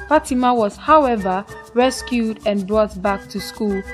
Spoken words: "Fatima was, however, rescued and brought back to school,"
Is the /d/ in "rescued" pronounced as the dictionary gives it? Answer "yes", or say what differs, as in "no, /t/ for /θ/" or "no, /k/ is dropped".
yes